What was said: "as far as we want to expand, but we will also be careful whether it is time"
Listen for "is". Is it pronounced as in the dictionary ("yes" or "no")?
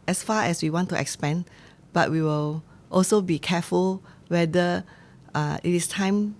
no